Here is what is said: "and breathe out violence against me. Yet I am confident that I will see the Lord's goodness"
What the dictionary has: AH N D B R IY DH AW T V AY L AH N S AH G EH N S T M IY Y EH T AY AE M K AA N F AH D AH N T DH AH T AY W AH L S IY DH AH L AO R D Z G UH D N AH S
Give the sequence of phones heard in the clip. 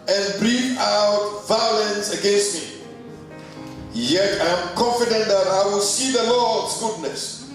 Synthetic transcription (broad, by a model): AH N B R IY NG AW T V AY L AH N S AH G EH N S T M IY Y EH T AY M K AA N F AH D AH N T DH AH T AY W AH L S IY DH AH L AO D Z G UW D N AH S